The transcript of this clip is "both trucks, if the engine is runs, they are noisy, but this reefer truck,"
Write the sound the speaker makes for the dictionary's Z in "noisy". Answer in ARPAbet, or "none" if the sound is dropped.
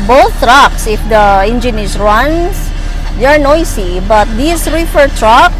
S